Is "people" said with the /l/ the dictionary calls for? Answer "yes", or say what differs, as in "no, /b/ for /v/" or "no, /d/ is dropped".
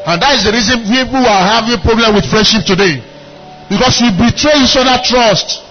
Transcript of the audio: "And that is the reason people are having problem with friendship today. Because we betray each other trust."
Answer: no, /w/ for /l/